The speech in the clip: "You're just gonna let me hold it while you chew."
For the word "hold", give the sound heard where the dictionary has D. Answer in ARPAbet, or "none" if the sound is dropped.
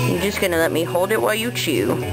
D